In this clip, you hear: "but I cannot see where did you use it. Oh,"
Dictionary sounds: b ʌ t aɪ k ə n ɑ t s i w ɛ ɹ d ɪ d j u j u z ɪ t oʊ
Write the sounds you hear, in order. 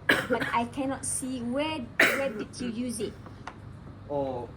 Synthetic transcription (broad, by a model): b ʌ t aɪ k ə n ɑ t s i w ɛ w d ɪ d j u j u z ɪ t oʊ